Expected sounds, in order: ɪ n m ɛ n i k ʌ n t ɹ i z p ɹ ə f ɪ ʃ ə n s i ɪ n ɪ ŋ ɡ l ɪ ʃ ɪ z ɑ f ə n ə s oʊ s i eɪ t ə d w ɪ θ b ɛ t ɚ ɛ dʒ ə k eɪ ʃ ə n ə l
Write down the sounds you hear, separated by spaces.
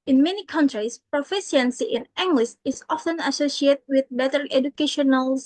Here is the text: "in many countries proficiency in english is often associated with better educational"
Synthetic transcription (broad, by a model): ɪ n m ɛ n i k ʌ n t ɹ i s p ɹ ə f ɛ s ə n s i ɪ n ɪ ŋ ɡ l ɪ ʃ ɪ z ɑ f ə n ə s oʊ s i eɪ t w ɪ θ b ɛ t ɚ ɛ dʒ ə k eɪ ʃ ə n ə l